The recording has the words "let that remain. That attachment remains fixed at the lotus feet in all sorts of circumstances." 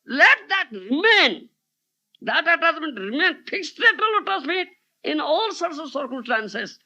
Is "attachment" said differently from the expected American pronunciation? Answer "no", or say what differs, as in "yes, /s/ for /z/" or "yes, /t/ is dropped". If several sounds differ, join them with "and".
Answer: yes, /s/ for /tʃ/